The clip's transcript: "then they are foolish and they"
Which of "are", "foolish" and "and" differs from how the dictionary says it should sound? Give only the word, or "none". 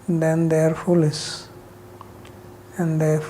foolish